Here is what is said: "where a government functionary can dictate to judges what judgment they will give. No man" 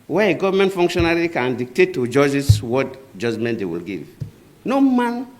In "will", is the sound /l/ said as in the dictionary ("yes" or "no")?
yes